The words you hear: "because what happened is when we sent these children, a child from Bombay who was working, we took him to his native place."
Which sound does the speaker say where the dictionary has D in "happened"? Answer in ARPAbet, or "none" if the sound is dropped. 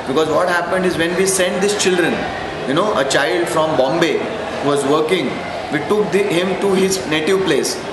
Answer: D